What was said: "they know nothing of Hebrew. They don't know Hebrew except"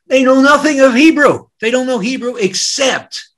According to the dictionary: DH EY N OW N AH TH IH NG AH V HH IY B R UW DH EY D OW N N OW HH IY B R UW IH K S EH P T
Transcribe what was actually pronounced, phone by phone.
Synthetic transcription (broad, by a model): DH EY N OW N AH TH IH NG AH V HH IY B R UW DH EY D OW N N OW HH IY B R UW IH K S EH P T